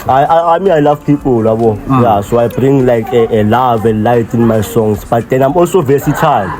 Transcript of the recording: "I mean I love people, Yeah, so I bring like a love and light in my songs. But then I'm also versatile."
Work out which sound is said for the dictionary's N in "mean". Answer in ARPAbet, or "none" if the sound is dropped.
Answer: none